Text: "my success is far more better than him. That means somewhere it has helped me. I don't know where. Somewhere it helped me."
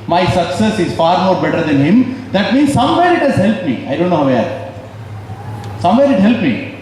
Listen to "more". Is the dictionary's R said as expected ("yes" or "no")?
yes